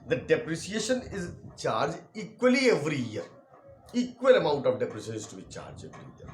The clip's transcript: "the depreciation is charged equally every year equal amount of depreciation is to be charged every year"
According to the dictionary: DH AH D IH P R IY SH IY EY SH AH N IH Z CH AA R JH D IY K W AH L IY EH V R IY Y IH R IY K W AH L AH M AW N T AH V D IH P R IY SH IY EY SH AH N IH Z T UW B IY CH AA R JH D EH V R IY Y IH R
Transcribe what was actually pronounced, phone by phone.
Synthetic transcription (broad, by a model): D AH D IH P R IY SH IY EY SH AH N IH Z CH AA R JH IY K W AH L IY EH V R IY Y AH R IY K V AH L AH M AW N T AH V D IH P R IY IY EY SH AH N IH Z T UW B IY CH AA R JH EH V R IY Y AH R